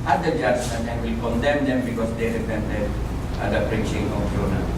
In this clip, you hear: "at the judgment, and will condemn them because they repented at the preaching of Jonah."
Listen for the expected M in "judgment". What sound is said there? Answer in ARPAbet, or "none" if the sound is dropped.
none